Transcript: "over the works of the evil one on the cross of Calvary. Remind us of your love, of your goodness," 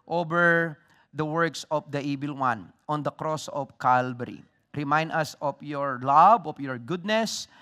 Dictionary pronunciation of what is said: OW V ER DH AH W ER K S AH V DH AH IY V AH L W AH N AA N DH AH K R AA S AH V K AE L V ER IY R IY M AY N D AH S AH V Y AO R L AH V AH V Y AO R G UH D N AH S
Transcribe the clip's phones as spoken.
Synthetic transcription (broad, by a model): OW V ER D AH W ER K S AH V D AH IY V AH L W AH N AA N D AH K R AA S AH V K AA L B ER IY R IY M AY N D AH S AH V Y AO R L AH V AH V Y AO R G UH D N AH S